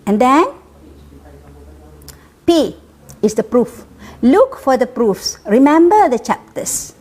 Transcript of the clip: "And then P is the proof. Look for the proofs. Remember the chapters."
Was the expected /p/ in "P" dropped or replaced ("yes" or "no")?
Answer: no